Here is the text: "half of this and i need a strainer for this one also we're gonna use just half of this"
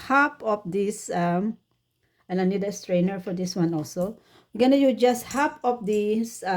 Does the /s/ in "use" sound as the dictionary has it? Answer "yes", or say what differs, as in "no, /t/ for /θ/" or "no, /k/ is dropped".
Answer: no, /s/ is dropped